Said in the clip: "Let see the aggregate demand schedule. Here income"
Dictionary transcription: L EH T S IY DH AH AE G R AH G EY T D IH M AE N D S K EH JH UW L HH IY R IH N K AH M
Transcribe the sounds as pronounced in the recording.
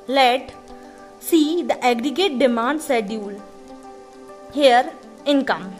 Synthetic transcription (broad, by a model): L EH T S IY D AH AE G R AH G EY T D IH M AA N D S EH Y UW L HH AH R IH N K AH M